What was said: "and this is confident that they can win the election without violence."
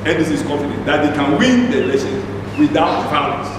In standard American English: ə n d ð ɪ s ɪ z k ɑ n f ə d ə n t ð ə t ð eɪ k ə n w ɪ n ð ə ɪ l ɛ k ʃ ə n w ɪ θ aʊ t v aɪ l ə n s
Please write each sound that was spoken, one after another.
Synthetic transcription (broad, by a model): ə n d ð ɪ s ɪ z k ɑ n f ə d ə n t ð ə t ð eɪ k ə n w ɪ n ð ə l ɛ ʃ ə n w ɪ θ aʊ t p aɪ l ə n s